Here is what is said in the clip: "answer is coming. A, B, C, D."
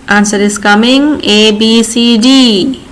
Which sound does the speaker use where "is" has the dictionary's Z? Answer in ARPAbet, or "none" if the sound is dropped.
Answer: S